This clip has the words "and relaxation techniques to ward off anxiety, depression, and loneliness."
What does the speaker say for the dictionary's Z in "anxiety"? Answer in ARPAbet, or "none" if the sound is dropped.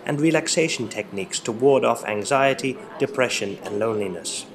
Z